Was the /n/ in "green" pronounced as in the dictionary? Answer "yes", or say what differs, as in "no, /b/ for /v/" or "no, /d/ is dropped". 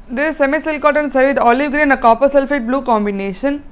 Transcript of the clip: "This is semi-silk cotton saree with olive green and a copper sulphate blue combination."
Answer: no, /n/ is dropped